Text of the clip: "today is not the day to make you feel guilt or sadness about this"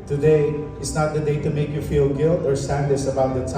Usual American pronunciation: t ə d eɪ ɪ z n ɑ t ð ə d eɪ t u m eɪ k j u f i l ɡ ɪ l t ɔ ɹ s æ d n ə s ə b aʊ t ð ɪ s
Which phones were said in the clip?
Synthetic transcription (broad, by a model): t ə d eɪ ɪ s n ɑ t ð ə d eɪ t u m eɪ k j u f i l ɡ ɪ l t ɔ ɹ s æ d l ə s ə b aʊ t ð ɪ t